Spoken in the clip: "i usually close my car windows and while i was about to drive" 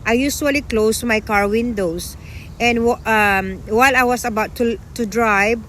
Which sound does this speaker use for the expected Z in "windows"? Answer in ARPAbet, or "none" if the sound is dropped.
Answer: S